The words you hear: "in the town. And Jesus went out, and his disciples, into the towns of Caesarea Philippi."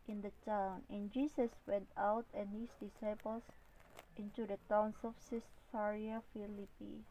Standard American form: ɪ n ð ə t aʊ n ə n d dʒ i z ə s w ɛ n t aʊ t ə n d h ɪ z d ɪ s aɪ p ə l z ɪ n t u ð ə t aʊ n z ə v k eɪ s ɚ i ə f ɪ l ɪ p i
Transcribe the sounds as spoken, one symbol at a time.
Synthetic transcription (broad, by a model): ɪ n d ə t aʊ n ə n dʒ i s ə s w ɛ n t aʊ t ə n h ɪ s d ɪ s aɪ p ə l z ɪ n t u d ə t aʊ n s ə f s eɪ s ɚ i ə f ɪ l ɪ p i